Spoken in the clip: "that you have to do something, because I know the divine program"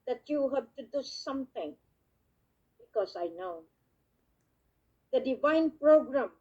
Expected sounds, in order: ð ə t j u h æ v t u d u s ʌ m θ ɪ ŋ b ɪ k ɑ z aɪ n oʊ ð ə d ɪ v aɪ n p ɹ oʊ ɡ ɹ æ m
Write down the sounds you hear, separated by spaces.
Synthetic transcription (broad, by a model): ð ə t j u h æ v t u d u s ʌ m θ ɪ ŋ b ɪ k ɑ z aɪ n oʊ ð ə d ɪ v aɪ n p ɹ oʊ ɡ ɹ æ m